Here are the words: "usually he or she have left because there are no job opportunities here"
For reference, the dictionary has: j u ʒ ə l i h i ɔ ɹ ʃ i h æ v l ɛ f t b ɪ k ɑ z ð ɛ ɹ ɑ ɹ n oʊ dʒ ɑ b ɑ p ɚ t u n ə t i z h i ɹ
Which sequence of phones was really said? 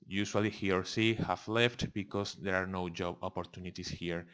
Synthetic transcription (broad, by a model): j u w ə l i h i ɔ ɹ s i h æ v l ɛ f t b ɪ k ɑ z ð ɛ ɹ ɑ ɹ n oʊ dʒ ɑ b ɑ p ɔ t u n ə t i s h i ɹ